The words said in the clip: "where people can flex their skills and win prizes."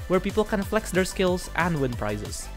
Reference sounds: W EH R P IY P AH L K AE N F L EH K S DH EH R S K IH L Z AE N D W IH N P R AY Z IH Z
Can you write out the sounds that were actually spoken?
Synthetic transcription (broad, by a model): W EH R P IY P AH L K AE N F L EH K S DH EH R S K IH L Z AE N D W IH N P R AY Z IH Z